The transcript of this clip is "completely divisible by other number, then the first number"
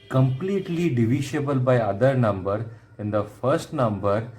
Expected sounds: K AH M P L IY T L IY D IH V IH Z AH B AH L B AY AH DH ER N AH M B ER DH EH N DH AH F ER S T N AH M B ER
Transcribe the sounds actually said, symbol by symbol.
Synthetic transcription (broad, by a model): K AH M P L IY T L IY D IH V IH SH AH B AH L B AY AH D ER N AH M B ER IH N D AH F ER S T N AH M B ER